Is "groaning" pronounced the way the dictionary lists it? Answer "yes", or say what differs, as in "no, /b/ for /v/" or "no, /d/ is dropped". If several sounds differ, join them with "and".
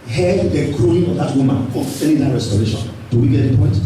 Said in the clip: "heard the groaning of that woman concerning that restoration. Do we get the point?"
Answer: no, /n/ is dropped